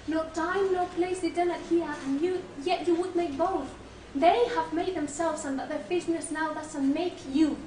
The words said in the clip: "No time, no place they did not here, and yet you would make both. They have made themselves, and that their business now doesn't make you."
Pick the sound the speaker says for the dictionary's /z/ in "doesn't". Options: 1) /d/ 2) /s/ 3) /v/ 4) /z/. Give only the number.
2